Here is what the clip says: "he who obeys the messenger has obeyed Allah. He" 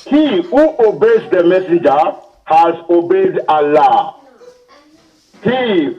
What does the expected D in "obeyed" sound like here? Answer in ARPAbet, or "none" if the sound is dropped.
D